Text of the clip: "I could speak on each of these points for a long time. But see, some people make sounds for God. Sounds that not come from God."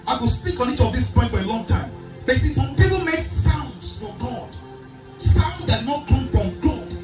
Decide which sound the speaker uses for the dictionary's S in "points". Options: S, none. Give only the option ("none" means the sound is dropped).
none